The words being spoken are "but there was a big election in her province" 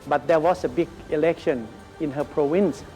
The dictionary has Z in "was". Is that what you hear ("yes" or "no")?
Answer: no